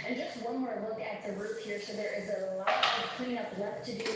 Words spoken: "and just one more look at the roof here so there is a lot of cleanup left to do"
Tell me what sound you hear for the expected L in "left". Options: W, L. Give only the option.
W